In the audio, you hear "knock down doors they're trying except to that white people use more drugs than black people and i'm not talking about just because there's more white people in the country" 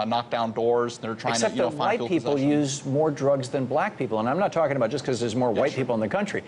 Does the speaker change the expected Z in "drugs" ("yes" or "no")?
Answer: no